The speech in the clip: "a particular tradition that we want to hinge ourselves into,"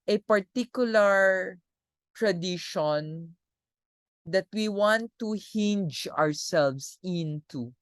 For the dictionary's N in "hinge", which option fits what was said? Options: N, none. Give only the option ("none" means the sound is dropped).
N